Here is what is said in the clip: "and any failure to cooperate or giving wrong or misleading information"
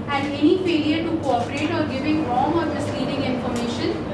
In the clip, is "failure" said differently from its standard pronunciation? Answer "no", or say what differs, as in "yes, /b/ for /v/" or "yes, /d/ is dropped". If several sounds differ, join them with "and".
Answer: yes, /p/ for /f/